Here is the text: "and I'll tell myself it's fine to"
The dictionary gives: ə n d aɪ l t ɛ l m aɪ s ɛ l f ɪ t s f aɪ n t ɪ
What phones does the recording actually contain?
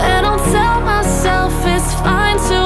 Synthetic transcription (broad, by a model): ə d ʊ n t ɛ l m aɪ s ɛ l f ɪ t s f aɪ n t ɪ